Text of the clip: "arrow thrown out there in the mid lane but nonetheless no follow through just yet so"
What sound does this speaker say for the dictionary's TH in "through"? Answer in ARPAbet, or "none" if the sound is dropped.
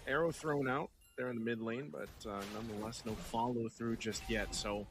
TH